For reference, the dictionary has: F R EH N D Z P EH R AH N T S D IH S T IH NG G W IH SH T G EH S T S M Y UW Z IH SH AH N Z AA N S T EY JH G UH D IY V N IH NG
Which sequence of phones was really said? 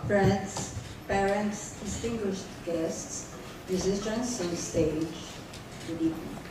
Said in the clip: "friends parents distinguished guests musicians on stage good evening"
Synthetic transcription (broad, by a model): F R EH N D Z P EH R AH N T S D IH S T IH NG G W IH SH T G EH S T S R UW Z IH S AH N S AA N S T EY JH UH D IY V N